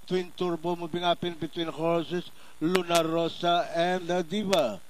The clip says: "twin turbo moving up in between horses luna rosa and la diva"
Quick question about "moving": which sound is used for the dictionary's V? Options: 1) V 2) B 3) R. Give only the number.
2